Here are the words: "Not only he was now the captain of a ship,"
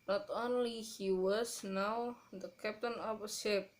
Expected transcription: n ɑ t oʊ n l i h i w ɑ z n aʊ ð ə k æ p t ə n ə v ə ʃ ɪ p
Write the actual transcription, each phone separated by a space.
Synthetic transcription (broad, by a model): n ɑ t oʊ n l i h i w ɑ s n aʊ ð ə k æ p t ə n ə p ə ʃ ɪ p